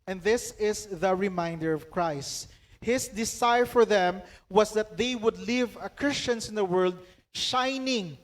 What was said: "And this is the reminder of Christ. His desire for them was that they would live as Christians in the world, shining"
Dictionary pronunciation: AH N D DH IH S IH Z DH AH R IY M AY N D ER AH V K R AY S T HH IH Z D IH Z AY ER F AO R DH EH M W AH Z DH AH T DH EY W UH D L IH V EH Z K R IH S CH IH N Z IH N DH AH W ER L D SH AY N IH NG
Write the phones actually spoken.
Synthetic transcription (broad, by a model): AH N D DH IH S IH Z DH AH R IY M AY N D ER AH V K R AY S T HH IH S D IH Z AY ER F AO R DH EH M W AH S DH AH T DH EY W UH D L IH V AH K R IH S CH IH N S IH N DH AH W ER L D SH AY N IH NG